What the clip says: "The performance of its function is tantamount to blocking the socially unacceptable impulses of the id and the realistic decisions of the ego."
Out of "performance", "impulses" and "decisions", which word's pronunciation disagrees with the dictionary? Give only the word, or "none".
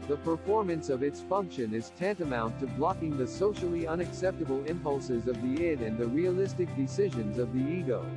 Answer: none